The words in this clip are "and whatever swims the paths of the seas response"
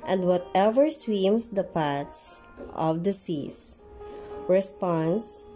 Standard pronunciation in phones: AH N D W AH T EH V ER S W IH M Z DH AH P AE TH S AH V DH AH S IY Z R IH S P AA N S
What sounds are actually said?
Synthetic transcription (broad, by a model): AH N D W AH T EH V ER S W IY M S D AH P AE T S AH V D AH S IY S R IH S P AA N S